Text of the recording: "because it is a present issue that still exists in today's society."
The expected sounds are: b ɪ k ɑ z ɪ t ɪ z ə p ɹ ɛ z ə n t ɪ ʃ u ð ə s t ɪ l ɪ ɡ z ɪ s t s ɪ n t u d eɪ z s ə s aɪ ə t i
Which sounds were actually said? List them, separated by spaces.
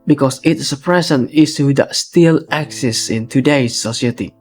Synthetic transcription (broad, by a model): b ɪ k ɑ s ɪ t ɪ s ə p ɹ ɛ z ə n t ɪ s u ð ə s t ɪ l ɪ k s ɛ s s ɪ n t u d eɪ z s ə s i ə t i